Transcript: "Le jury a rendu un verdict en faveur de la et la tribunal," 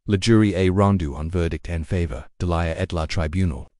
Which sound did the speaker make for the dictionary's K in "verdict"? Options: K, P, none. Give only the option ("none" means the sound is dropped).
K